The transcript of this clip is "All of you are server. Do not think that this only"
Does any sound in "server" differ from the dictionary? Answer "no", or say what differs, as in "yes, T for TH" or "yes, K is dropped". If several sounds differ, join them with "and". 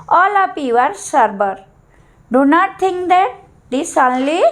yes, B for V